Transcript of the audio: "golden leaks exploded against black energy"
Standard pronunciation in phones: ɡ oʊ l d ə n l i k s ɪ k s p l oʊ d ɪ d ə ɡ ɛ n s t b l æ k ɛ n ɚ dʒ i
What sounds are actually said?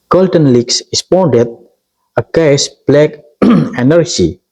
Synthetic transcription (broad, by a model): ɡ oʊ l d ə n l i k s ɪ s p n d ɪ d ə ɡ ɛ s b l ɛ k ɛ n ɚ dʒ i